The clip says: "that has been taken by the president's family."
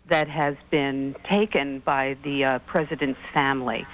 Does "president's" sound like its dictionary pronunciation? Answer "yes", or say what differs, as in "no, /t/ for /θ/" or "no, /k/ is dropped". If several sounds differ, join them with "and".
yes